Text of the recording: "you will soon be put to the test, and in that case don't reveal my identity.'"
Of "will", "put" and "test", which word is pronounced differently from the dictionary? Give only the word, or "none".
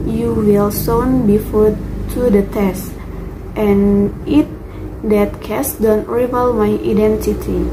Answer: put